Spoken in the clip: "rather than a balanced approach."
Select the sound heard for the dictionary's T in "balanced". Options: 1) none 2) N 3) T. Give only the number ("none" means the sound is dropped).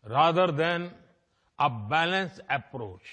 1